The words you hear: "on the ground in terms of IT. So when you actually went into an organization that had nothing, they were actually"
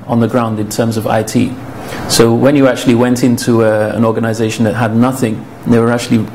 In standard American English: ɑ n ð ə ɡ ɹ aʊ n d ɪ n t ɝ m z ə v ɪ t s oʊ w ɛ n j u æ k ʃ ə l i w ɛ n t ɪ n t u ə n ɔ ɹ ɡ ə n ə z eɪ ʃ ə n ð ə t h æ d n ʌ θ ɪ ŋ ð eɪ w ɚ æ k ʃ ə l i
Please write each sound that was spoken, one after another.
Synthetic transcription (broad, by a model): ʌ n ð ə ɡ ɹ aʊ n d ɪ n t ɝ m z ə v ɪ t s oʊ w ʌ n j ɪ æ k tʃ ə l i w ɛ n t ɪ n t u ə n ɔ ɹ ɡ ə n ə z eɪ ʃ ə n ð ə t h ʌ d n ʌ θ ɪ ŋ ð eɪ w ɚ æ k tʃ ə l i